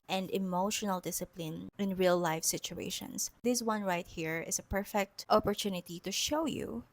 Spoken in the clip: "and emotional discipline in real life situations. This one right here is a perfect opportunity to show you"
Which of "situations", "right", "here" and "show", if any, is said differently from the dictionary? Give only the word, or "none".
situations